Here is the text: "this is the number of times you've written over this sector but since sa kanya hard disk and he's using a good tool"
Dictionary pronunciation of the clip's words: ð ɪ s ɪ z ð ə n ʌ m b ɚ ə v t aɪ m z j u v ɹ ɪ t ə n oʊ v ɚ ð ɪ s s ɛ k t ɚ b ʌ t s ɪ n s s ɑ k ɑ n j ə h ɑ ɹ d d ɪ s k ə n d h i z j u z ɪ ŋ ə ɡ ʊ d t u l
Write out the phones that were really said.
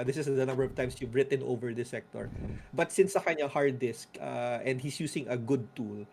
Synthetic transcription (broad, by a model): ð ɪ s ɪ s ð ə n ʌ m b ɚ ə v t aɪ m s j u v ɹ ɪ t ə n oʊ v ɚ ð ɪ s s ɛ k t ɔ b ʌ t s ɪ n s s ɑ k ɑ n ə h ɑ ɹ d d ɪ s k ə n d h i s j u s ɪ ŋ ə ɡ ʊ d t u l